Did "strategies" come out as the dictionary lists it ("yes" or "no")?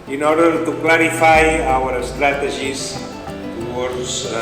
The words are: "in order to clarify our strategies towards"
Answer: no